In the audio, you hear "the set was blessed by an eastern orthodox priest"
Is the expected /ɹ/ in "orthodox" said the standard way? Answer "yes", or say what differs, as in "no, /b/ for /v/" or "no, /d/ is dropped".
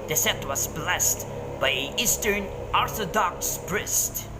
yes